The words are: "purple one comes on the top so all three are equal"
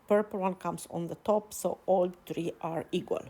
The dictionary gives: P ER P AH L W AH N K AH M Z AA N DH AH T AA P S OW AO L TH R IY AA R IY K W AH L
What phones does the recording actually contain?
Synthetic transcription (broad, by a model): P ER P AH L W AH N K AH M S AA N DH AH T AA P S OW AO L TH R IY AA R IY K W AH L